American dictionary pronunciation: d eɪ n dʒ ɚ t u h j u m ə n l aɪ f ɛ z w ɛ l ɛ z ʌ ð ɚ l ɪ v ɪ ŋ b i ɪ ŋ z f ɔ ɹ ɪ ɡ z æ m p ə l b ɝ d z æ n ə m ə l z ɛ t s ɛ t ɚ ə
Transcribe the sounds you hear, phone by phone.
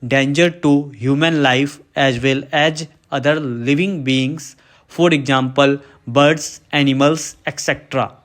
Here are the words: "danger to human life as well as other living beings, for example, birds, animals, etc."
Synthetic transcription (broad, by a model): d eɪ n dʒ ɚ t u h j u m ə n l aɪ f ɛ z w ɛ l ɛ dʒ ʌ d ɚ l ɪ v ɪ ŋ b i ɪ ŋ s f ɔ ɹ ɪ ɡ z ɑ m p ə l b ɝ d s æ n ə m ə l s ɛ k s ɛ t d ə